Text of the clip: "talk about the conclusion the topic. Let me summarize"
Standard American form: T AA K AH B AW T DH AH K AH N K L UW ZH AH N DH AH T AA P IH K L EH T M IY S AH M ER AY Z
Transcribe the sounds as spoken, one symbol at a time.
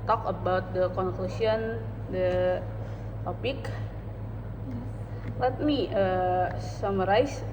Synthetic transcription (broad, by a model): T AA K AH B AW T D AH K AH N K L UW S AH N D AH T AA P IH K L EH T M IY S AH M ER AY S